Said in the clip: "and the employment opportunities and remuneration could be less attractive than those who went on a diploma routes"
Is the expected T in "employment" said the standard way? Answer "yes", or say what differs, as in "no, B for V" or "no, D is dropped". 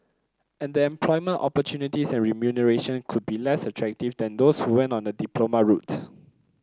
yes